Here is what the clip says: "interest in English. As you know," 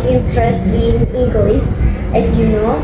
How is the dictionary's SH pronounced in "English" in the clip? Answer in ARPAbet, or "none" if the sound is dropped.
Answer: S